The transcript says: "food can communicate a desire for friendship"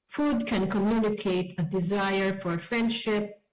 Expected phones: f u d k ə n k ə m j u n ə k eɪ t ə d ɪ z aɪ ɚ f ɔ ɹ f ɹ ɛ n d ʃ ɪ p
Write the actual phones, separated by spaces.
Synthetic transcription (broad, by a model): f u d k ə n k ə m j u n ə k eɪ t ə d ɪ z aɪ ɚ f ɔ ɹ f ɹ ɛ n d ʃ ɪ p